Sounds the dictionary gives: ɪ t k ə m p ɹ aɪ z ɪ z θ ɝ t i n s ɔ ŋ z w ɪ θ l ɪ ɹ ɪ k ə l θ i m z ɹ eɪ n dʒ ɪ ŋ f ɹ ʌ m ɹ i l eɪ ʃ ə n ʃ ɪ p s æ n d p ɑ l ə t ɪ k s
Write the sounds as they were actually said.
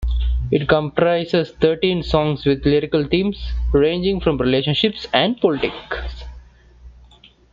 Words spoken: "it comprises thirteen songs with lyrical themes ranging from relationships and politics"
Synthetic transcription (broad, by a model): ɪ t k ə m p ɹ aɪ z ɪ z t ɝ t i n s ɔ ŋ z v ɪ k l ɪ ɹ ɪ k ə l t i m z ɹ eɪ n dʒ ɪ ŋ f ɹ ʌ m ɹ i l eɪ ʃ ə n ʃ ɪ p s æ n d p ɑ l ə t ɪ k s